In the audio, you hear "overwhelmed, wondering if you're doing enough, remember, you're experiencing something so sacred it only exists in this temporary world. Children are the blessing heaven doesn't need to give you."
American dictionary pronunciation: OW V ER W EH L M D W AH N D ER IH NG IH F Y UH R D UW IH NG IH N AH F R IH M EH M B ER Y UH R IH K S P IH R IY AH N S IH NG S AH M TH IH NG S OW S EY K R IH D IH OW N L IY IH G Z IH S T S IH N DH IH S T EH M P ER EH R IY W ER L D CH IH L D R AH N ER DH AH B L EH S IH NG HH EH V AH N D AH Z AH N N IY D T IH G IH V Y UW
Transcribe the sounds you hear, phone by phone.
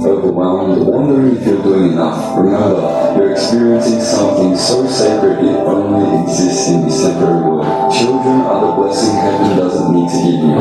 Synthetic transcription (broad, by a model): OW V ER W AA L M W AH N D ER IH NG IH F Y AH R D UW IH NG IH N AH F R IH M EH M B ER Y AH R IH K S P IH R IY AH N S IH NG S AH M TH IH NG S OW S EY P R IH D IH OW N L IY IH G Z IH S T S IH N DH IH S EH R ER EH R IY W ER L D CH IH L D R AH N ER DH AH B L EH S IH NG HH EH AH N D AH Z AH N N IY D T IH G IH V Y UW